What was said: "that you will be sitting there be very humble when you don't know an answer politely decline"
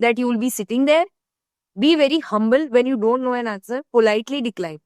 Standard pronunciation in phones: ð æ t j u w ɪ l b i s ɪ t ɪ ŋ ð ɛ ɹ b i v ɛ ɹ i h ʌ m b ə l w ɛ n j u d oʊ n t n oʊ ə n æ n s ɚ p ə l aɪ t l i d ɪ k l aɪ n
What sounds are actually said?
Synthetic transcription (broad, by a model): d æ t j u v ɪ l b i s ɪ t ɪ ŋ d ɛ ɹ b i v ɛ ɹ i h ʌ m b ə l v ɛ n j u d oʊ n t n oʊ ə n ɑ s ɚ p ə l aɪ t l i d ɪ k l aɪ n